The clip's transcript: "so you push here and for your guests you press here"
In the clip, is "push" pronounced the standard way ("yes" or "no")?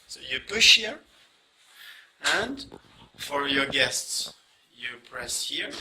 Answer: yes